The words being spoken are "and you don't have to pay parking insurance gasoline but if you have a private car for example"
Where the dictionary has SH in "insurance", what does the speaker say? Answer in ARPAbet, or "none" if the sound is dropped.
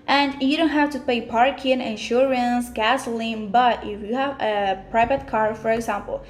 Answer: SH